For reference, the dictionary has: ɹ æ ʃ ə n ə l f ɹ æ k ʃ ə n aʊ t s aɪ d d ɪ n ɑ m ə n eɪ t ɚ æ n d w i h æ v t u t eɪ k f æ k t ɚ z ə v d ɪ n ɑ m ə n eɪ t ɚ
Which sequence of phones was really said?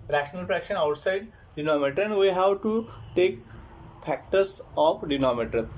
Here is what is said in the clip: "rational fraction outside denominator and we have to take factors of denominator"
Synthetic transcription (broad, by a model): ɹ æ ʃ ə n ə l p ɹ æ k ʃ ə n aʊ t s aɪ d d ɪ n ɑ m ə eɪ t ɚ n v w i h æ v t u t eɪ k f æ k t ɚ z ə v d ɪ n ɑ m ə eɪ t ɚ